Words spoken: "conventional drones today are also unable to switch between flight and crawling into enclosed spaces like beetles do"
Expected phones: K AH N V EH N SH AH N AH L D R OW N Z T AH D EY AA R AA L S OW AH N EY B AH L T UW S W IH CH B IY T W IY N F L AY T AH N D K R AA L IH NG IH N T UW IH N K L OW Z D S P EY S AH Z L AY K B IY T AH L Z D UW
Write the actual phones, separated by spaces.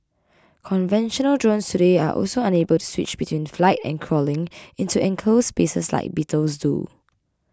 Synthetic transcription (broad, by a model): K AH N V EH N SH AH N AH L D R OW N S T AH D EY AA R AA L S OW AH N EY B AH L T UW S W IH CH B IY T W IY N F L AY T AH N K R AA L IH NG IH N T UW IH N K L OW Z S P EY S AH S L AY K B IY T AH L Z D UW